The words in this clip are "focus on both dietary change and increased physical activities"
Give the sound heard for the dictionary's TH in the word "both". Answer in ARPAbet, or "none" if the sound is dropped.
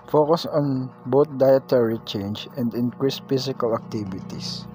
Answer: T